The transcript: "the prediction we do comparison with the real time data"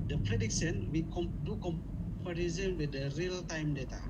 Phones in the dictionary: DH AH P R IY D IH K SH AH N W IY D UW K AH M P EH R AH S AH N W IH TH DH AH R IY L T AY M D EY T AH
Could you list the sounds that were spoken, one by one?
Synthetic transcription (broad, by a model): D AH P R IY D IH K S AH N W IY D UW K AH M P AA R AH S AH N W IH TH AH R IY L T AY M D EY T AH